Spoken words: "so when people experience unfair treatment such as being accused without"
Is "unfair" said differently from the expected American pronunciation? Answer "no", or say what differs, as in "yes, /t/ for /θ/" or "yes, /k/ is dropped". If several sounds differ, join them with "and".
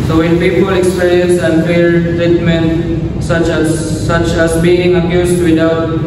yes, /l/ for /ɹ/